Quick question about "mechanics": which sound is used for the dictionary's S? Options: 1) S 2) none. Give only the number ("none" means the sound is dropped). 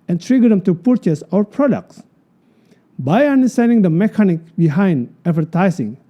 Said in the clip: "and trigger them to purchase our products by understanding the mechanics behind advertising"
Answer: 2